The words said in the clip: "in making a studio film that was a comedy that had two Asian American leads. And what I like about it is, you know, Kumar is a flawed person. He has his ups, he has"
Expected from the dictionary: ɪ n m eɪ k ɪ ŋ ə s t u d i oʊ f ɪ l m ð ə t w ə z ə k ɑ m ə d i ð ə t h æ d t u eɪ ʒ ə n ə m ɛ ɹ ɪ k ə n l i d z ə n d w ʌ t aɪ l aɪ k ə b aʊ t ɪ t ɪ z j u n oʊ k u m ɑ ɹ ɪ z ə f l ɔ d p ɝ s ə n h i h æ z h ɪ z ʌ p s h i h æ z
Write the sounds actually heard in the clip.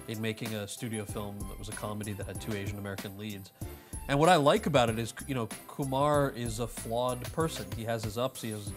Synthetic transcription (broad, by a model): ɪ n m eɪ k ɪ ŋ ə s t u d i oʊ f ɪ l m ð ə t w ə z ə k ɑ m ə d i ð ə t h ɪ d t u eɪ ʒ ə n ə m ɛ ɹ ɪ k ə n l i d z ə n w ʌ t aɪ l aɪ k ə b aʊ t ɪ t ɪ z j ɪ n oʊ k u m ɑ ɹ ɪ z ə f l ɔ d p ɝ s ə n i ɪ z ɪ z ʌ p s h i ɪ z